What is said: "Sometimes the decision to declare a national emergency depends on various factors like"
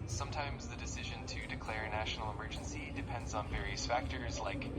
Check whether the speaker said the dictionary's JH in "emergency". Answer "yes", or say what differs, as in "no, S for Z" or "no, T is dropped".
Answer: yes